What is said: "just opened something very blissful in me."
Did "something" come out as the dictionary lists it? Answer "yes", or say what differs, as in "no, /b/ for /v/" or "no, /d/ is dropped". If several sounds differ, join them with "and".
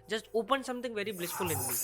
no, /t/ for /θ/